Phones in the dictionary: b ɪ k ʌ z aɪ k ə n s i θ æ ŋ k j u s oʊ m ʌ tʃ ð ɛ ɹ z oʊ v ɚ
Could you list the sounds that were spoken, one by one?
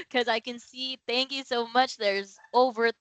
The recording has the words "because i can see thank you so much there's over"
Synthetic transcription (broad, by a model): k ʌ z aɪ k ə n s i θ æ ŋ k j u s oʊ m ʌ tʃ ð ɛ ɹ z oʊ v ɚ